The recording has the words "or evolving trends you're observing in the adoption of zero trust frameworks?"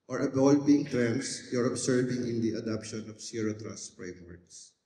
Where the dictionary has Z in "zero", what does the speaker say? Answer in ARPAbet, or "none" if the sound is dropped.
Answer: S